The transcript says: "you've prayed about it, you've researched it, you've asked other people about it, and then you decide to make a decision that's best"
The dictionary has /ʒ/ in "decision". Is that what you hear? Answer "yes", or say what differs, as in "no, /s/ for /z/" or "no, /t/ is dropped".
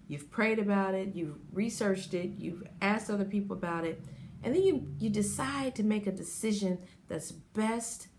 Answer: yes